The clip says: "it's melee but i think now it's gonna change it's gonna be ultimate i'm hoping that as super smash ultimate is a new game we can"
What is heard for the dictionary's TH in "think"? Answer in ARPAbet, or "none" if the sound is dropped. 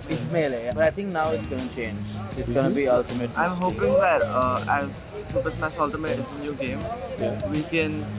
T